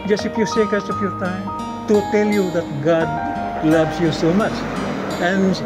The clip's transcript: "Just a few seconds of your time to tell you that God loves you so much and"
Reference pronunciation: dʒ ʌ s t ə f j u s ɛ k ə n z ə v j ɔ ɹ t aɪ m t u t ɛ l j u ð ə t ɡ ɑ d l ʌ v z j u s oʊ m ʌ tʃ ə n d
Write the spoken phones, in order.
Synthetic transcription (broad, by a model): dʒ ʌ s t ə f j u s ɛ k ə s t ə f j ɔ ɹ t aɪ m t u t ɛ l j u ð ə t ɡ ɑ d l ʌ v s j u s oʊ m ʌ tʃ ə n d